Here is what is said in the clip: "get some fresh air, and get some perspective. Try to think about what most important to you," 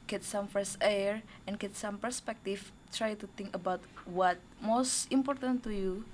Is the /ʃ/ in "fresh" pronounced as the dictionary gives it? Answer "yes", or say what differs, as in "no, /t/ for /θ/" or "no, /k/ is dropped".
no, /s/ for /ʃ/